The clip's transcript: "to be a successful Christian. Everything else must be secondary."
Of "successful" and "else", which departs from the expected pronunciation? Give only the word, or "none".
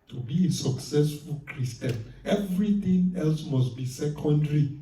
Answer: none